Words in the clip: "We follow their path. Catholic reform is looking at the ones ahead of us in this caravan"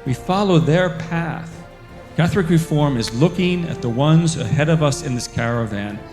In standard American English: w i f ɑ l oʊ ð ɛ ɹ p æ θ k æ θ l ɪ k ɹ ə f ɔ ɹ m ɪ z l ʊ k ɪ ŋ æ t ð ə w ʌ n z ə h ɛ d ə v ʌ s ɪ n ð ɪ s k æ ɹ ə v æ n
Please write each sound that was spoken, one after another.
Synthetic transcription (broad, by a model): w i f ɑ l oʊ ð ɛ ɹ p æ θ k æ θ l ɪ k ɹ ə f ɔ ɹ m ɪ z l ʊ k ɪ ŋ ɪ t ð ə w ʌ n z ə h ɛ d ə v ʌ s ɪ n ð ɪ s k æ ɹ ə v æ n